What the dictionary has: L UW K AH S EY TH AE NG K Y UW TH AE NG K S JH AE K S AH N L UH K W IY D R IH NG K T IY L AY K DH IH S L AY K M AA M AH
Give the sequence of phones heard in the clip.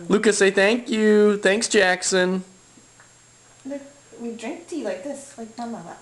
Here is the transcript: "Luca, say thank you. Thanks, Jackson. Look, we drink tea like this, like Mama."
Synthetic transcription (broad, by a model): L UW K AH S EY TH AE NG K Y UW TH AE NG K S JH AE K S AH N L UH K W IY D R IH NG K T IY L AY K DH IH S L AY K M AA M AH